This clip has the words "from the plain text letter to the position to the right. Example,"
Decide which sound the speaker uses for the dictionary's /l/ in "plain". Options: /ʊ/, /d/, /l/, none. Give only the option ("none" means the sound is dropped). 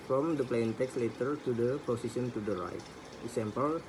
/l/